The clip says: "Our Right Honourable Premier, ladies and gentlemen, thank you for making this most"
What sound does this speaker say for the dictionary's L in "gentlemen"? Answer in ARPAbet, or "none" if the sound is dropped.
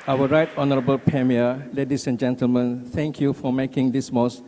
L